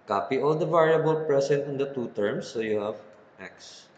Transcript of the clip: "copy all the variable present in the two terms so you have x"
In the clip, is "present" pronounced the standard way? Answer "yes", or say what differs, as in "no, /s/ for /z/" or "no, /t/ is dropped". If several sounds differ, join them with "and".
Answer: no, /s/ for /z/